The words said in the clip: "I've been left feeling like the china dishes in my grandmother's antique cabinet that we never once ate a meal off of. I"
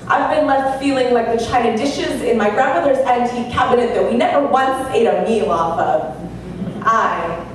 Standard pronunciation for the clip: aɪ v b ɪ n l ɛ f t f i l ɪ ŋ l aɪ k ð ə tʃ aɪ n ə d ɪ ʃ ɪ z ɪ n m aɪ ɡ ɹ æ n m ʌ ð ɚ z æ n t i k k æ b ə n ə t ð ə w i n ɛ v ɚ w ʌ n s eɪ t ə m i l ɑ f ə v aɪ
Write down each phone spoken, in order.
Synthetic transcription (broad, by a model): aɪ v b ɪ n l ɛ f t f i l ɪ ŋ l aɪ k ð ə tʃ aɪ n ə d ɪ ʃ ɪ z ɪ n m aɪ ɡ ɹ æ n m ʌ ð ɚ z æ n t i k k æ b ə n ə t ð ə w i n ɛ v ɚ w ʌ n s eɪ t ə m i l ɑ f ə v aɪ